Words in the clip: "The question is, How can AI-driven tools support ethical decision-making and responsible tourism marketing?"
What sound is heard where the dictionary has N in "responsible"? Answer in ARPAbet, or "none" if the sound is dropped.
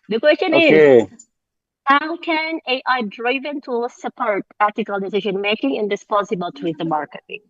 none